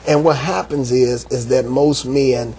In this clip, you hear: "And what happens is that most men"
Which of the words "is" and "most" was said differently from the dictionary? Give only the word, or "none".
none